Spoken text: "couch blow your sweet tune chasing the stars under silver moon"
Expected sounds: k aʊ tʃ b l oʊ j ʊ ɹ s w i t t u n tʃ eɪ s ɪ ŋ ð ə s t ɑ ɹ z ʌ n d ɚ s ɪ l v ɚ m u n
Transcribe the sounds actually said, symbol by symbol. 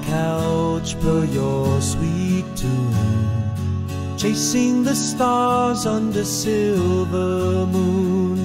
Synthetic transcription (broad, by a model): k aʊ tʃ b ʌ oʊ j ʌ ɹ s w i t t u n tʃ eɪ s ɪ ŋ ð ə s t ɑ ɹ z ʌ n d ɚ s ɪ l v ɚ m u n